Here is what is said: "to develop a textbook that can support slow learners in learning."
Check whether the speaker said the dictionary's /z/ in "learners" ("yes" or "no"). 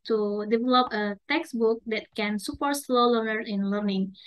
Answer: no